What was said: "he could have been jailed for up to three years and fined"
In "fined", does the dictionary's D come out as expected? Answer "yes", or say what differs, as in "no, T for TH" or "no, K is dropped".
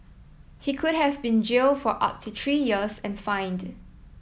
yes